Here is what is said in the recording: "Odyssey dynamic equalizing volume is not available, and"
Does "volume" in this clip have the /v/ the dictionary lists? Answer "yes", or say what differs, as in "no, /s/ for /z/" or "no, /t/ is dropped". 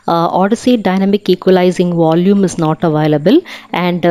yes